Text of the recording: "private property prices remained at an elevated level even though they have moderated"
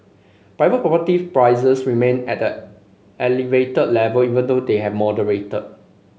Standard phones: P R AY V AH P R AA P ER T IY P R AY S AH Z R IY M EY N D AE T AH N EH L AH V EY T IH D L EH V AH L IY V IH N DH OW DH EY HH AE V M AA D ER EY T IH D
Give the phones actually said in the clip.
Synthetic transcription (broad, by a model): P R AY V AH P R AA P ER T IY P R AY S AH S R IY M EY N EH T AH EH L AH V EY T IH D L EH V AH L IY V IH N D OW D EY HH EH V M AA D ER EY T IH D